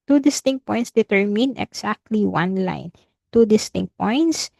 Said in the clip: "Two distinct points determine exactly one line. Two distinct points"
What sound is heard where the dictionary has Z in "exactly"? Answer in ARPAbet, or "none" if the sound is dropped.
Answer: S